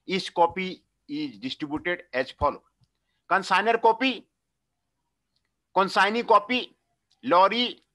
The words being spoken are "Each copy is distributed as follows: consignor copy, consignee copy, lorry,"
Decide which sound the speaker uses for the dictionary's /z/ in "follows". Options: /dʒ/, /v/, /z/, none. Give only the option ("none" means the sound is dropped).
none